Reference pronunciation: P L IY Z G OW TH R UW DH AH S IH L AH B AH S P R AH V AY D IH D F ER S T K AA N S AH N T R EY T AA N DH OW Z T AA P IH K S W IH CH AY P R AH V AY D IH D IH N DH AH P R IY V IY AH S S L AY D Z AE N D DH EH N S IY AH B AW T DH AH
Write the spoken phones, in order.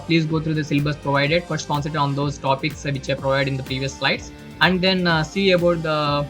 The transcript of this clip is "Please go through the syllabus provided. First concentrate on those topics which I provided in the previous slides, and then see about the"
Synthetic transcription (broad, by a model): P L IY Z G OW T R UW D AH S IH L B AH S P R AH V AY D IH D F ER S T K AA N S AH T EY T AA N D OW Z T AA P IH K S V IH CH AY P R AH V AY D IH D IH N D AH P R IY V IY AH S S L AY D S AE N D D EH N S IY AH B AW T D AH